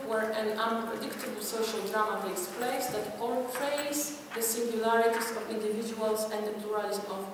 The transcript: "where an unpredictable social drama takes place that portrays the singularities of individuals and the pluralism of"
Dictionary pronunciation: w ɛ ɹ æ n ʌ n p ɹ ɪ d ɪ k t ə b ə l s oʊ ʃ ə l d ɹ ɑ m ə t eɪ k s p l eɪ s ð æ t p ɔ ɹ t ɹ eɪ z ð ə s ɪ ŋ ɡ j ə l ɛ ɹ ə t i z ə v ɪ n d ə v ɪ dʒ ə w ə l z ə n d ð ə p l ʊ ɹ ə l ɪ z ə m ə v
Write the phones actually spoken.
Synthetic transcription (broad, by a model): w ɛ ɹ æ n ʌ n p ɹ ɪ d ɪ k t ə b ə l s oʊ ʃ ə l d ɹ ɑ m ə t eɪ s p l eɪ s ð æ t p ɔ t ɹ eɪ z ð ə s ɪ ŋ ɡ j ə l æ ɹ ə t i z ə v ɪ n d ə v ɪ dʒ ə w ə l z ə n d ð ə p l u ɹ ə l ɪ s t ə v